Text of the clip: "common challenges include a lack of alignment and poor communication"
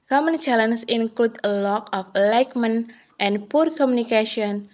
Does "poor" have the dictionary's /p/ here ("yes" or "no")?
yes